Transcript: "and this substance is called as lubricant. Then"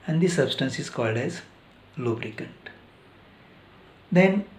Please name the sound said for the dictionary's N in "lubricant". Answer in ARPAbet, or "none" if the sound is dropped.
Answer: N